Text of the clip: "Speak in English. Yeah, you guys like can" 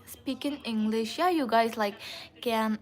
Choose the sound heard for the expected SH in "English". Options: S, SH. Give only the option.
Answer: SH